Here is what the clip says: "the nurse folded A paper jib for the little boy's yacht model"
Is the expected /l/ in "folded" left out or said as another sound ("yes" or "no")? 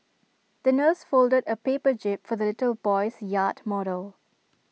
no